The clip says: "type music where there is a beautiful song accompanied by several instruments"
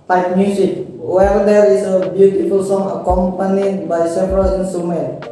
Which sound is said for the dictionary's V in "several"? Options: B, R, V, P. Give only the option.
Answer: P